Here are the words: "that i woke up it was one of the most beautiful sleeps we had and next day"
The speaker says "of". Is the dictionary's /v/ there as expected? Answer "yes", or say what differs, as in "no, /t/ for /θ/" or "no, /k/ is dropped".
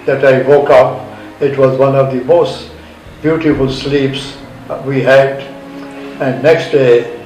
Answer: yes